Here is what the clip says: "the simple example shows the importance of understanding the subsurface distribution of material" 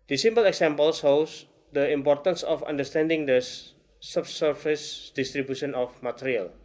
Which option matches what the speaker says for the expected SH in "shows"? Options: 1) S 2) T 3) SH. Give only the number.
1